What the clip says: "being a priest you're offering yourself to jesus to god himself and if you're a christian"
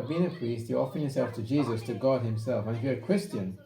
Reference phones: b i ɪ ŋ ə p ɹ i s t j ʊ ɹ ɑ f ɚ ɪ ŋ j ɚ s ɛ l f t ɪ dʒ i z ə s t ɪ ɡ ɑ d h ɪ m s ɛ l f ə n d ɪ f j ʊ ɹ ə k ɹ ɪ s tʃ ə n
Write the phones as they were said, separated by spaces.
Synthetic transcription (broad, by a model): b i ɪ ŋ ə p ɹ i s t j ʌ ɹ ɑ f ɚ ɪ ŋ j ɚ s ɛ l f t ɪ dʒ i z ə s t ɪ ɡ ɑ d h ɪ m s ɛ l f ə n ɪ f j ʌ ɹ ə k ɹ ɪ s tʃ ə n